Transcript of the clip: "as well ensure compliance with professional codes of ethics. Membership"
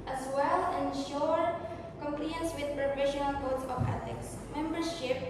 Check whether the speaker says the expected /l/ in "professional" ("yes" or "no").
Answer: yes